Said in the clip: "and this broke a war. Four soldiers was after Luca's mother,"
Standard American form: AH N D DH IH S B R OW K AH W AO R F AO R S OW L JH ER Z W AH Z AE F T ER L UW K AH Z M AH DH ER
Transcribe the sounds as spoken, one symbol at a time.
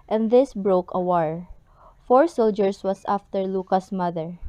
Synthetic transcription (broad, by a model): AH N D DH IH S B R OW K AH W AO R F AO R S OW L JH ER S W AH S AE F T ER L UW K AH S M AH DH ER